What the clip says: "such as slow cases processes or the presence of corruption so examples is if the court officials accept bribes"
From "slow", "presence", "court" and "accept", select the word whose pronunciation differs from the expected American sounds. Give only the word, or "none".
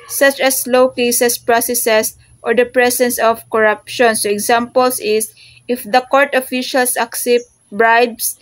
presence